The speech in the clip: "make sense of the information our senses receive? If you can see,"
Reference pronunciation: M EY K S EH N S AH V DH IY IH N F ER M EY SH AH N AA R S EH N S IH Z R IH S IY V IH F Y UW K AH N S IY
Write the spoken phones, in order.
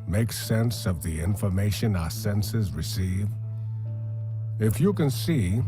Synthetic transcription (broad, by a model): M EY K S EH N S AH V DH IY IH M F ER M EY SH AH N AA S EH N S IH Z R IH S IY V IH F Y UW K AH N S IY